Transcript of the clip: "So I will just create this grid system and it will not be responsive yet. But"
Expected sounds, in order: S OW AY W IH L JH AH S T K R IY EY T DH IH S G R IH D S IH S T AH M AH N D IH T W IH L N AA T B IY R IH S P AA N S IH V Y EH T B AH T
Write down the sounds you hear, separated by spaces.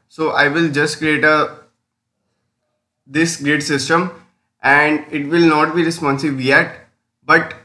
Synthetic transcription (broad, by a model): S OW AY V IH L JH AH S T K R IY EY T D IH S G R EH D S IH S T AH M AH N D IH T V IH L N AA T B IY R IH S P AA N S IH B Y EH T B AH T